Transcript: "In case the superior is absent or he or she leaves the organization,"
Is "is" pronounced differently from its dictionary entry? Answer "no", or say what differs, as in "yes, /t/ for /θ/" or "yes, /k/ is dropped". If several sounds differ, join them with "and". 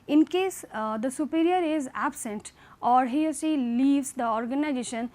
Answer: no